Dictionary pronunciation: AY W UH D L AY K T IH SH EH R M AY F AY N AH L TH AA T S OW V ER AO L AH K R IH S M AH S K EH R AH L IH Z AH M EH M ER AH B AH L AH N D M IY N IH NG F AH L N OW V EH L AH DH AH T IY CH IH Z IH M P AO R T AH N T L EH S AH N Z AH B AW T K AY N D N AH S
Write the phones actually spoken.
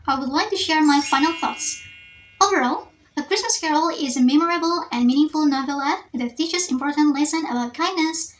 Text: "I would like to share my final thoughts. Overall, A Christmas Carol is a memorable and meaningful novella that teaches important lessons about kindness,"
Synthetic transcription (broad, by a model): AY W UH D L AY K T IH SH EH R M AY F AY N AH L TH AA T S OW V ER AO L AH K R IH S M AH S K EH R L IH Z AH M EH M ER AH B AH L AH N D M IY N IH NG F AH L N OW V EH L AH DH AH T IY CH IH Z IH M P AO R T AH N T L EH S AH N AH B AW T K AY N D N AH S